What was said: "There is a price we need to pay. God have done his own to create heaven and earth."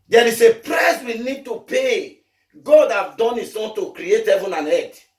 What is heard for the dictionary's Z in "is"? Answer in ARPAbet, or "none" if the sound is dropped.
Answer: S